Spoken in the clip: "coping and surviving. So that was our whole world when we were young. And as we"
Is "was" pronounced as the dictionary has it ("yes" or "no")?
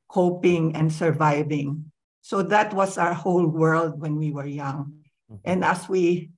no